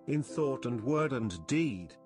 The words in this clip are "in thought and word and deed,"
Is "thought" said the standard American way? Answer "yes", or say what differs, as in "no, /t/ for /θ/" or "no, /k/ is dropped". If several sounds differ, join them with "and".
yes